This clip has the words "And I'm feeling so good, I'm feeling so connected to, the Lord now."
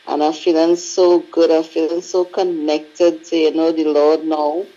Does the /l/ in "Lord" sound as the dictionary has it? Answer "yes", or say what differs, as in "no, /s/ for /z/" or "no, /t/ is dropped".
no, /n/ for /l/